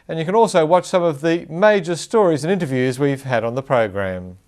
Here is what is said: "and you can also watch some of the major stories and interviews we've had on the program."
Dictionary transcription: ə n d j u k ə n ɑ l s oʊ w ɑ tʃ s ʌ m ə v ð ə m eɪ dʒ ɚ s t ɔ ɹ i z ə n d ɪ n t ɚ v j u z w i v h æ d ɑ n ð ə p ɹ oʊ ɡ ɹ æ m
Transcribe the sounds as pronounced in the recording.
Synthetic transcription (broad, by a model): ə n j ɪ k ə n ɑ l s oʊ w ɑ tʃ s ʌ m ə v ð ə m eɪ dʒ ɚ s t ɔ ɹ i z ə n ɪ n t ɚ v j u z w i v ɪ d n ð ə p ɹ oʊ ɡ ɹ æ m